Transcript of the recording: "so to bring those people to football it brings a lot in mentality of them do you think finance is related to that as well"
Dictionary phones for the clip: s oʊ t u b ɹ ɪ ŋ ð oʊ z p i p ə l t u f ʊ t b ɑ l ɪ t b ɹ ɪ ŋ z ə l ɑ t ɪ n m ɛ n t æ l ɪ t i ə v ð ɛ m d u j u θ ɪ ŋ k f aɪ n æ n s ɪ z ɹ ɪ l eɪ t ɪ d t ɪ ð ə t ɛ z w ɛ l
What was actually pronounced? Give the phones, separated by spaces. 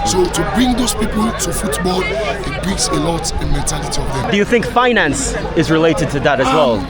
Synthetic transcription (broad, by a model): s oʊ t u b ɹ ɪ ŋ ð oʊ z p i p ə l t u f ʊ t b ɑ l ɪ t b ɹ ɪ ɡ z ə l ɑ t ɪ n m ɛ n t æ l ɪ t i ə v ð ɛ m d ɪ j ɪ θ ɪ ŋ k f aɪ n æ n s ɪ z ɹ ɪ l eɪ t ɪ d t ɪ ð ə t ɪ z w ɛ l